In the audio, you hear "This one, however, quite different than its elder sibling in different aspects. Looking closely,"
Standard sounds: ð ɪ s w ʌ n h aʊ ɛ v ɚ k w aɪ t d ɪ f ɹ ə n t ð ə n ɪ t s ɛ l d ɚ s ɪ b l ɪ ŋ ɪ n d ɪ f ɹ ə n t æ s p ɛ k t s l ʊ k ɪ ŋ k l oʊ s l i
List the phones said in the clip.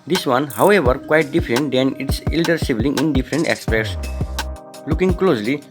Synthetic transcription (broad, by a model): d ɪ s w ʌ n h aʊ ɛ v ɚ k w aɪ t d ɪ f ɹ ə n t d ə n ɪ t s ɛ l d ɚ s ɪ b l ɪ ŋ ɪ n d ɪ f ɹ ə n t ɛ s p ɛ t s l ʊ k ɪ ŋ k l oʊ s l i